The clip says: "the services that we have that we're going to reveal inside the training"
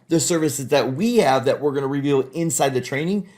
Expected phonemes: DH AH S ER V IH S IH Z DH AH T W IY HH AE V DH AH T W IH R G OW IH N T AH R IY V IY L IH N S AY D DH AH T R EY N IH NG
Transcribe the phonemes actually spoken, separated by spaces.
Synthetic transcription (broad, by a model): DH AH S ER V IH S IH Z DH AH T W IY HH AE V DH AH T W IH R G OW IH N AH R IY V IY L IH N S AY D DH AH T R EY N IH NG